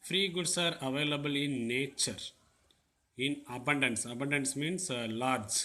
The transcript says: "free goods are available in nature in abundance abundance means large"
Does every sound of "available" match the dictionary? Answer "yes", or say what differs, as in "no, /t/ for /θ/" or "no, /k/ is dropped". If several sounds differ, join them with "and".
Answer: yes